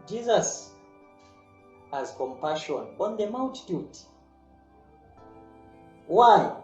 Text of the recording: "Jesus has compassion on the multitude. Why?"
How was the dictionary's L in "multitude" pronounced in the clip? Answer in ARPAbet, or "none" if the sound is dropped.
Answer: W